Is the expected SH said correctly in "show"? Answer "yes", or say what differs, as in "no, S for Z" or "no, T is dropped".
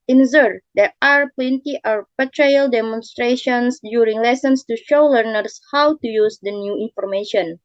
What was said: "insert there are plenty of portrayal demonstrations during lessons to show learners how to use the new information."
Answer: yes